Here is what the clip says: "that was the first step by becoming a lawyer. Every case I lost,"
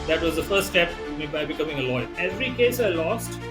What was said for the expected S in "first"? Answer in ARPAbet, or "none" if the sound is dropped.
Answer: none